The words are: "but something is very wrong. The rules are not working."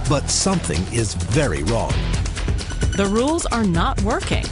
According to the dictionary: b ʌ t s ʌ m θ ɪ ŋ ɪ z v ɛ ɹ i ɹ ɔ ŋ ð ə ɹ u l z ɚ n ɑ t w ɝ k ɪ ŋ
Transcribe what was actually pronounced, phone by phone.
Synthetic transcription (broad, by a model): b ʌ t s ʌ m θ ɪ ŋ ɪ z v ɛ ɹ i ɹ ɔ ŋ ð ə ɹ u l z ɚ n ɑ t w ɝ k ɪ ŋ